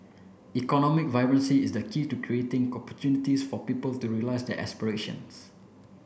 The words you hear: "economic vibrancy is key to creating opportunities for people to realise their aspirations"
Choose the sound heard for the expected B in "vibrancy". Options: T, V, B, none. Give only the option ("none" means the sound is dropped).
none